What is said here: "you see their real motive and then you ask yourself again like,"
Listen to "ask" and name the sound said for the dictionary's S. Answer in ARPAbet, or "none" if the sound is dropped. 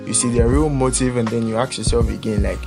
none